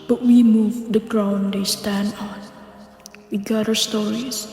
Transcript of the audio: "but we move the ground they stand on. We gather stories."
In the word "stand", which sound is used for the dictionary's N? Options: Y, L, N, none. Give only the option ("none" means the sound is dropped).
N